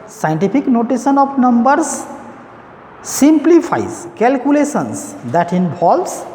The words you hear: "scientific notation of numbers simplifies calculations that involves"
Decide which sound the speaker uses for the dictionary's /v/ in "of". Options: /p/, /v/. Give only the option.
/p/